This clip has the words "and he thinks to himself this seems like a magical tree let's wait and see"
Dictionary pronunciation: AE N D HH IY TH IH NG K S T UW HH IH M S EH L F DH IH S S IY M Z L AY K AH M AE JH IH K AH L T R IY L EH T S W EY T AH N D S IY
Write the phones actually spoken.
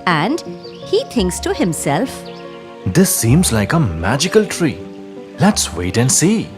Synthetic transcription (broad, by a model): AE N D HH IY T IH NG K S T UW HH IH M S EH L F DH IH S S IY M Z L AY K AH M AE JH IH K AH L T R IY L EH T S W EY T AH N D S IY